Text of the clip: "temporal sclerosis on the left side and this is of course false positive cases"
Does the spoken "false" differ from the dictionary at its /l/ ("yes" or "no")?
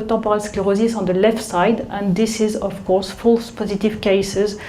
no